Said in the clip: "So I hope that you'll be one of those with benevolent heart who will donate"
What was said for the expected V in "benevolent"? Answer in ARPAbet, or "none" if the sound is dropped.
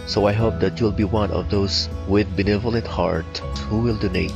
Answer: V